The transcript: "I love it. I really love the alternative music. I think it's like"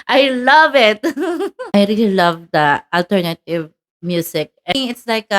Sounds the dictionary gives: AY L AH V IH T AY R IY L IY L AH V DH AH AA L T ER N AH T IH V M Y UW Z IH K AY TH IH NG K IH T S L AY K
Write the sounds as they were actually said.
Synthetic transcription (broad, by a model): AY L AH V IH T AY R IY L IY L AH V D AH AA L T ER N AH T IH V M Y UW S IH K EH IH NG IH T S L AY K